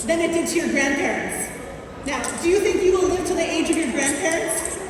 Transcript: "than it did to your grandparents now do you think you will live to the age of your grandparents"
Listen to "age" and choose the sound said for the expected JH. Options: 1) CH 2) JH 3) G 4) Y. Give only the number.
2